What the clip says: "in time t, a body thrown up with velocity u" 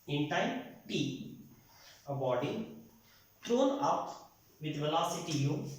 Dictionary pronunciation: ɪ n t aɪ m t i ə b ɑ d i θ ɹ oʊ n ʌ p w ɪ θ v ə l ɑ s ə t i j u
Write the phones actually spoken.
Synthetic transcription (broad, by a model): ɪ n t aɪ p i ə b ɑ d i t ɹ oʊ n ʌ p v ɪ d v ə l ɑ s ə t i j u